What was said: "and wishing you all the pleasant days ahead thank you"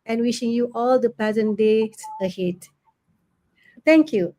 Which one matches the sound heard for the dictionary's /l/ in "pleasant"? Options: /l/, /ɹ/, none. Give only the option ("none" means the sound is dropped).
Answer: none